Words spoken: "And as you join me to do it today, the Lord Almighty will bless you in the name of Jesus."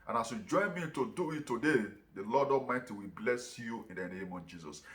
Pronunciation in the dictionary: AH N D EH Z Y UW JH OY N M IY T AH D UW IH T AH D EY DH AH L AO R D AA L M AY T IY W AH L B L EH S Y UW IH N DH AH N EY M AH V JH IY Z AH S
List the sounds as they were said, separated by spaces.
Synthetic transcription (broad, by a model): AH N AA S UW JH OY N M IY T AH D UW IH T AH D EY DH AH L AO D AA M AY T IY W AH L B L EH S Y UW IH N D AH N EY M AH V JH IY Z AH S